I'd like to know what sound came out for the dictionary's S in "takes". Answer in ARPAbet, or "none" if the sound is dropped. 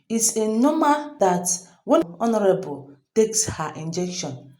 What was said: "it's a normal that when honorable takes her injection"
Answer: S